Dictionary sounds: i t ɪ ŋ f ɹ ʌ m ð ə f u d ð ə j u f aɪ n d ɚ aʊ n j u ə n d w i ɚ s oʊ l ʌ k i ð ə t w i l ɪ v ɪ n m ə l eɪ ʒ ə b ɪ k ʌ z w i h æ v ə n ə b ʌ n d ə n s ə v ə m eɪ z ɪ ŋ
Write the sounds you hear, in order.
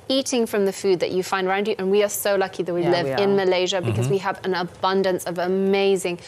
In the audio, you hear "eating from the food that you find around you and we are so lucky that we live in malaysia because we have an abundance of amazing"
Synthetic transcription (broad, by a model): i t ɪ ŋ f ɹ ʌ m ð ə f u d ð ə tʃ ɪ f aɪ n d ɚ aʊ n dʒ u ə n w i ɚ s oʊ l ʌ k i ð ə t w i l ɪ v ɪ n m ə l eɪ ʒ ə b ɪ k ʌ z w i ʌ v ə n ə b ʌ n d ə n s ə v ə m eɪ z ɪ ŋ